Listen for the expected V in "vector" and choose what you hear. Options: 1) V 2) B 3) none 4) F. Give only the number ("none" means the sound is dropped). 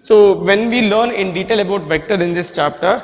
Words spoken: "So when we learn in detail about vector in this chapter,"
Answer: 1